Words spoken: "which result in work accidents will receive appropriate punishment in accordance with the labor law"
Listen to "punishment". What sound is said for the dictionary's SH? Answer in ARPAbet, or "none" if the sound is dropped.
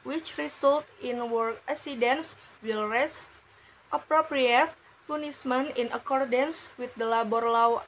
S